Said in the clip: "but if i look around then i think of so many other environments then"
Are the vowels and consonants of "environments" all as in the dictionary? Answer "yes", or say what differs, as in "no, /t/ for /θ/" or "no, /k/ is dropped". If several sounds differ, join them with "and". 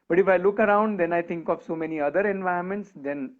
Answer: no, /ɹ/ is dropped